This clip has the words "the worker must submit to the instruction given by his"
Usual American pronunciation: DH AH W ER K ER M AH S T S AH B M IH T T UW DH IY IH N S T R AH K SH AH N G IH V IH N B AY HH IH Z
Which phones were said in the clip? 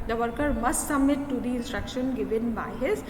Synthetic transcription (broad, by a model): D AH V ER K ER M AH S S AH M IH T T UW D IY IH N S T R AH K SH AH N G IH V IH N B AY HH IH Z